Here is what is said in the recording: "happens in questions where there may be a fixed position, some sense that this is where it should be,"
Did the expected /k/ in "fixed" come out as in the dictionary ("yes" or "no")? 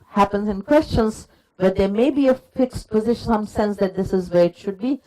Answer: yes